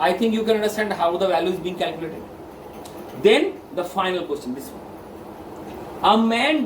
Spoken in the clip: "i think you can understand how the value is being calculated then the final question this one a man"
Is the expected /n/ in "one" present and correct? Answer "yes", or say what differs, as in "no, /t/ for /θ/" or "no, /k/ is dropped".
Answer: no, /n/ is dropped